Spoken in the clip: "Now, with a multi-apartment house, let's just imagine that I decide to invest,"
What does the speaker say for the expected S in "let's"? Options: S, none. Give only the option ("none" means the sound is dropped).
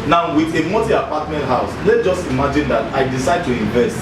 none